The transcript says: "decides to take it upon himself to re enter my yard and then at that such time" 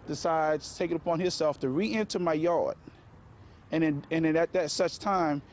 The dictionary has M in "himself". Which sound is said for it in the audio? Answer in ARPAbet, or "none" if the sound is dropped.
none